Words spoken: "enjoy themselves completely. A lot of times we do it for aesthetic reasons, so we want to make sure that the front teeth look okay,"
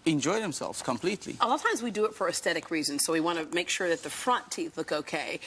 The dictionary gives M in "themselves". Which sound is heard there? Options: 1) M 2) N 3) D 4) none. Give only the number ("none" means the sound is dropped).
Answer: 1